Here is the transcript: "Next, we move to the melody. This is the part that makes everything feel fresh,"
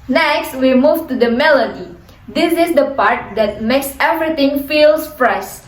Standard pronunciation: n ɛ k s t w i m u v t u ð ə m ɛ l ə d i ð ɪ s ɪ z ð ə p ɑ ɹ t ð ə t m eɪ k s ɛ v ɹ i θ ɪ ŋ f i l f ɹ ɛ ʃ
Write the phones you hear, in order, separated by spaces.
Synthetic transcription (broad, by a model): n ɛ k s t w i m u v t u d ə m ɛ l ə d i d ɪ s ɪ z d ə p ɑ ɹ t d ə t m eɪ k s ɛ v ɹ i t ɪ ŋ f i l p ɹ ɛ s